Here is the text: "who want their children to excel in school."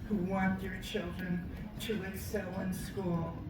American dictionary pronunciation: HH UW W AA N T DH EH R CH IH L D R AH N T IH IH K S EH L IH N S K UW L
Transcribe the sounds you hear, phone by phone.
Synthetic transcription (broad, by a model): HH UW W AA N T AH R CH IH L D R AH N T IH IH S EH L IH N S K UW L